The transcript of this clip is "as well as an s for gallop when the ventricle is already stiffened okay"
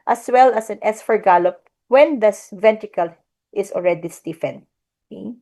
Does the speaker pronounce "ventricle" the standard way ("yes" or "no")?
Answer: no